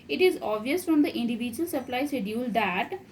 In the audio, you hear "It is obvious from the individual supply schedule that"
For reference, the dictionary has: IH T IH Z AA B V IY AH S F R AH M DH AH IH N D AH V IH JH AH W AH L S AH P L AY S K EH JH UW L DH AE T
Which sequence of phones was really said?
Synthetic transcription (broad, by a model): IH T IH Z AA V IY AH S F R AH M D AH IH N D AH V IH JH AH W AH L S AH P L AY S EH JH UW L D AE T